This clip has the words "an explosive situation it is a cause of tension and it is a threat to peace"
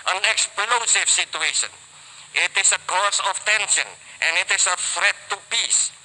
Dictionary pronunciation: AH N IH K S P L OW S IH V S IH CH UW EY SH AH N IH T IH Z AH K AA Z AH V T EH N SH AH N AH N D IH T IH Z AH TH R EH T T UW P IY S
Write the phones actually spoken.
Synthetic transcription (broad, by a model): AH N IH K S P L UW S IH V S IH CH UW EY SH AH N IH T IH S AH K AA S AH F T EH N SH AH N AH N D IH T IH S AH F R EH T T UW P IY S